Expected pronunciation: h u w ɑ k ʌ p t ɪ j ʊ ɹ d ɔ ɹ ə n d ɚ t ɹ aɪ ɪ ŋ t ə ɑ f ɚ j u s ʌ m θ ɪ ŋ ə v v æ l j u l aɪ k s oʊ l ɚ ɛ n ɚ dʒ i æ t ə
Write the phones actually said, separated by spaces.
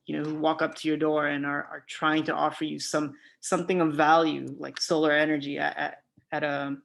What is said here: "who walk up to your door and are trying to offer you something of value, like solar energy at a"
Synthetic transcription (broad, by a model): h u w ɑ k ʌ p t ɪ j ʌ ɹ d ɔ ɹ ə n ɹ ɚ t ɹ aɪ ɪ ŋ t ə ɑ f ɚ j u s ʌ m θ ɪ ŋ ə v v æ l j u l aɪ k s oʊ l ɚ ɛ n ɚ dʒ i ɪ t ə